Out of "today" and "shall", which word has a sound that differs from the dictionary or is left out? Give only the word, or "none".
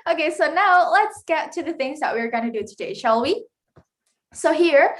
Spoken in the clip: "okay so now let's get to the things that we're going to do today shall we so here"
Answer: none